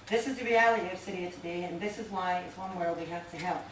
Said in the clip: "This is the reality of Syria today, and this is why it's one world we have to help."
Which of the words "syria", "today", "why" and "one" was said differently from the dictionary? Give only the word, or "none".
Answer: none